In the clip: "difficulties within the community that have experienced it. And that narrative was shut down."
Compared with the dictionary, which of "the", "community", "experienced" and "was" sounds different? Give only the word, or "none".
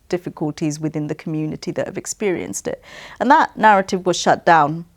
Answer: none